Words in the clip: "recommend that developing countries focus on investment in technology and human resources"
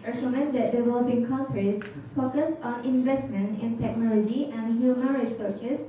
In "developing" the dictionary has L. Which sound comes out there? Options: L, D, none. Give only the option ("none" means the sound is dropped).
L